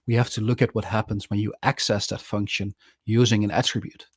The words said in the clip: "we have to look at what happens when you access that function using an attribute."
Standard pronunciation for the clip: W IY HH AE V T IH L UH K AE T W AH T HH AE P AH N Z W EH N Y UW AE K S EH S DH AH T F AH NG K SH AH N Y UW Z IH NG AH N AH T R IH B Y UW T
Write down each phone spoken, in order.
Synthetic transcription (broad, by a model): W IY HH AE F T IH L UH K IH T W AH T HH AE P AH N Z W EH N Y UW AE K S EH S DH AH T F AH NG K SH AH N Y UW Z IH NG AH N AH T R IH B Y UW T